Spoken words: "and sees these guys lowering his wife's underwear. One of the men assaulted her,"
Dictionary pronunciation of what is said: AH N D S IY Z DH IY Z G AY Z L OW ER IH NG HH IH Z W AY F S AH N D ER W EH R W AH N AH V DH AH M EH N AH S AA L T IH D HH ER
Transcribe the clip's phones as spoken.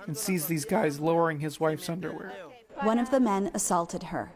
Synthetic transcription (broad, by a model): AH N S IY Z DH IY Z G AY Z L OW ER IH NG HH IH Z W AY F S AH N D ER W EH R W AH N AH V DH AH M EH N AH S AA L T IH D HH ER